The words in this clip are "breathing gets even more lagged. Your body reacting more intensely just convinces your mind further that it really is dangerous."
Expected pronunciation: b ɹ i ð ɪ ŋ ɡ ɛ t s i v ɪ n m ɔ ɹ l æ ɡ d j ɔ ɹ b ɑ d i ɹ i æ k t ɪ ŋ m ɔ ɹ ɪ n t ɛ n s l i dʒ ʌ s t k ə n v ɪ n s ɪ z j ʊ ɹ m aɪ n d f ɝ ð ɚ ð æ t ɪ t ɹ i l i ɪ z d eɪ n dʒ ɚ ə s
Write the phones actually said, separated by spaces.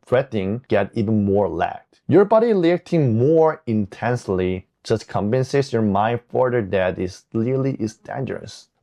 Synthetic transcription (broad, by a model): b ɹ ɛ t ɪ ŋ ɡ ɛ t i v ɪ n m ɔ ɹ l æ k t j ɔ ɹ b ɑ d i l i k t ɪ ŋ m ɔ ɹ ɪ n t ɛ n s l i dʒ ʌ s t k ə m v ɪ n s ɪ s j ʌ ɹ m aɪ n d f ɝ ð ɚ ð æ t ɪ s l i l i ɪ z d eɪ n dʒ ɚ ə s